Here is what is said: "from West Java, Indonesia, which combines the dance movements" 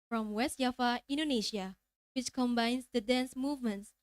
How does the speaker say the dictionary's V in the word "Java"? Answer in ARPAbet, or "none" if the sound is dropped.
F